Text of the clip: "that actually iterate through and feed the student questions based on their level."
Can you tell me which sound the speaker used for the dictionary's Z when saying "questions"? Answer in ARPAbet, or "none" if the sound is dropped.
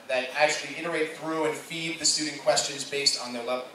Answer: Z